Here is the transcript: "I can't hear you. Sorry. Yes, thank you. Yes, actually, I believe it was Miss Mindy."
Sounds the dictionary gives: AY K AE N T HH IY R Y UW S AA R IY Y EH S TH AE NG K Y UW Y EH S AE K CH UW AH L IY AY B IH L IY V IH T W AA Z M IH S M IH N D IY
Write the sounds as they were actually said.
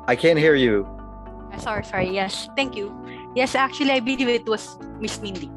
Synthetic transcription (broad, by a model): AY K AE N T HH IY R Y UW S AA R IY Y EH S T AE NG K Y UW Y EH S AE K CH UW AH L IY AY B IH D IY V IH T W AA S M IH S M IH N D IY